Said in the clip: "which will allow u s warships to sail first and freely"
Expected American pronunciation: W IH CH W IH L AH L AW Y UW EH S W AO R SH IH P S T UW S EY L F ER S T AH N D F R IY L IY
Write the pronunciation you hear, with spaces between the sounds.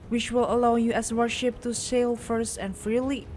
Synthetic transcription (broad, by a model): W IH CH W IH L AH L AW Y UW EH S W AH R SH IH P T UW S EY L F ER S T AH N F R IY L IY